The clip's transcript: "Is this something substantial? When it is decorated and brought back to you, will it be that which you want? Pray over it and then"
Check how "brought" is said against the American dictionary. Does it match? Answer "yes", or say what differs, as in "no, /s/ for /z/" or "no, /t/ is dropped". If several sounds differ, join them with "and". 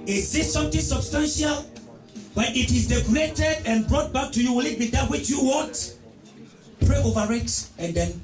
yes